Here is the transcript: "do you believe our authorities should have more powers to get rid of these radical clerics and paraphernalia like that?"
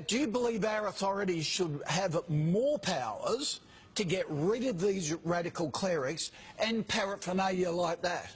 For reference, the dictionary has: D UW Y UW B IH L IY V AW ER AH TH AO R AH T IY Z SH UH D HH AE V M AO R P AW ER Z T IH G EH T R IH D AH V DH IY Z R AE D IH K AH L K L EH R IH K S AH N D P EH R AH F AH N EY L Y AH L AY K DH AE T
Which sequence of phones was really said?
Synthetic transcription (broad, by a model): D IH Y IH B IH L IY V AW ER AH TH AO R AH T IY Z SH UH D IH V M AO R P AW ER Z T IH G EH T R IH D AH V DH IY Z R AE D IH K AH L K L EH R IH K S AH N P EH R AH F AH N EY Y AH L AY K DH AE T